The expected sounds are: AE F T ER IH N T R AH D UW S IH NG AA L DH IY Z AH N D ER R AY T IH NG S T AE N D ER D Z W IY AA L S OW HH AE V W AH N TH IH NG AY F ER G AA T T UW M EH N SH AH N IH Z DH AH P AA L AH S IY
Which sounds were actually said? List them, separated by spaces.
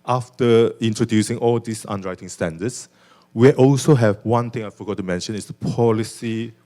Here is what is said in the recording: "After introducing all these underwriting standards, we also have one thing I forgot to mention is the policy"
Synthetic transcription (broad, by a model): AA F T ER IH N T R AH D UW S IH NG AA L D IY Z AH N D R AY T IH NG S T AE N D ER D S W IY AA L S OW HH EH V W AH N T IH NG AY F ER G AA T T UW M EH N SH AH N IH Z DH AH P AA L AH S IY